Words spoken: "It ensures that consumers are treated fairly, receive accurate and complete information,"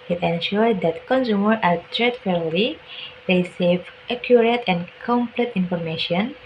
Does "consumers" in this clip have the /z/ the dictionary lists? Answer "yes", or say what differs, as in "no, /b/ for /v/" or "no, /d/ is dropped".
no, /z/ is dropped